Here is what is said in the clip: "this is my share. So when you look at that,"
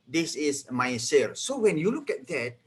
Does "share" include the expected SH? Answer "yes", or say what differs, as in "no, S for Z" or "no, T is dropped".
no, S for SH